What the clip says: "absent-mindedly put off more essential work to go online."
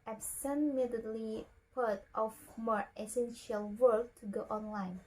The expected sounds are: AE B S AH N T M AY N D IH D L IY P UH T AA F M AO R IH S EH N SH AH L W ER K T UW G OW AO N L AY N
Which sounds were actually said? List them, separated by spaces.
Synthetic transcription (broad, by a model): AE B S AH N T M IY D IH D L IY P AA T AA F M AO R IH S EH N SH AH L W ER K T UW G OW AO N L AY N